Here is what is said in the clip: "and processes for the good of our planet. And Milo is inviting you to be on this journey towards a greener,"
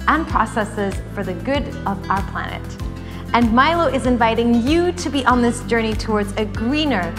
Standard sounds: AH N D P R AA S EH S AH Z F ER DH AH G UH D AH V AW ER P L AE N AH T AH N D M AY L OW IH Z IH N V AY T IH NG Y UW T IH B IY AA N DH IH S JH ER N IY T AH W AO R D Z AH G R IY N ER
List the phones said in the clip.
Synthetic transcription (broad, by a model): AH N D P R AA S EH S AH Z F ER DH AH G UH D AH V AW ER P L AE N AH T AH N M AY L OW IH Z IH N V AY T IH NG Y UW T IH B IY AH N DH IH S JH ER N IY T AH W AO R D Z AH G R IY N ER